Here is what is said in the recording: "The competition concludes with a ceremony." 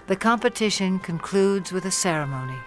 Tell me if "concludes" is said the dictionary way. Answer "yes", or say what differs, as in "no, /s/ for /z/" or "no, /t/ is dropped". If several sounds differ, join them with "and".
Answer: yes